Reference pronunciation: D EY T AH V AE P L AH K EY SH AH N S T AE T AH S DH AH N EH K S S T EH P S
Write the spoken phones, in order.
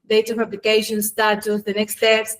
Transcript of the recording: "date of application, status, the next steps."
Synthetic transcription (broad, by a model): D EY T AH P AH B L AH K EY SH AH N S T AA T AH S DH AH N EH K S S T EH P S